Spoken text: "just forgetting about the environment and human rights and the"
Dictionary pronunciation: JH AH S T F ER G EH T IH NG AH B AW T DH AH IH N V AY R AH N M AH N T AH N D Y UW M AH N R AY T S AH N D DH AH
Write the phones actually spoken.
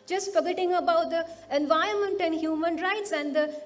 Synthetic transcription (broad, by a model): JH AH S T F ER G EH T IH NG AH B AW T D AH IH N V AY AH M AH N T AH N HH Y UW M AH N R AY T S AH N D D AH